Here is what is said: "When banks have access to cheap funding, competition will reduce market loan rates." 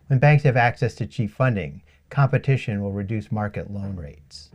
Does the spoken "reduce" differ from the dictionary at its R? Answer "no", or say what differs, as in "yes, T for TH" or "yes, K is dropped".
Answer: no